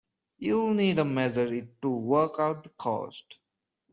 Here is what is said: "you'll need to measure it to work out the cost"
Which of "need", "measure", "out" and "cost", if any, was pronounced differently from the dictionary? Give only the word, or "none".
measure